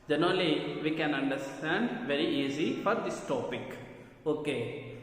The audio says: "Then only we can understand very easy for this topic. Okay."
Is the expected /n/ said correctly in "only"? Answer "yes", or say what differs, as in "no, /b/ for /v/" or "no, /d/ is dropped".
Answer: no, /n/ is dropped